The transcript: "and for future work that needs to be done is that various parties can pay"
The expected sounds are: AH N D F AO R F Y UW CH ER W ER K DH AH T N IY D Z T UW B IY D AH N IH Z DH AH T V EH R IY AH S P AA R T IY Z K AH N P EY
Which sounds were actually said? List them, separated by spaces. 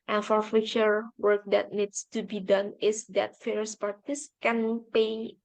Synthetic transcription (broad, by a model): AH N F AO R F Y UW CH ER W ER K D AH T N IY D S T UW B IY D AH N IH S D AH T F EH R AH S P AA R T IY S K AH N P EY